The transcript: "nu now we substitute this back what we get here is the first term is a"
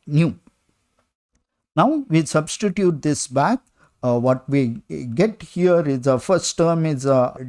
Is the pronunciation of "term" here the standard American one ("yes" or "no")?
yes